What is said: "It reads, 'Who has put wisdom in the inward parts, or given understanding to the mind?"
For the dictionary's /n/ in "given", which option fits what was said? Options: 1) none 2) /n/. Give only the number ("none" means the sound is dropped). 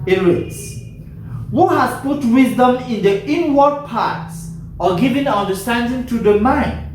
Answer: 2